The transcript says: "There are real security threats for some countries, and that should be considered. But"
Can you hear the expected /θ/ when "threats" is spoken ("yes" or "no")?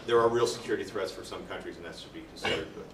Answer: yes